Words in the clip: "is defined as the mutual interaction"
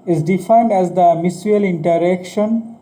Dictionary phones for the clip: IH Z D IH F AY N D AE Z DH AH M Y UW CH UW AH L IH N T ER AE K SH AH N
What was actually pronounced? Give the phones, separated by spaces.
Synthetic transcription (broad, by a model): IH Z D IH F AY N D AE Z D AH M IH S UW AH L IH N T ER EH K SH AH N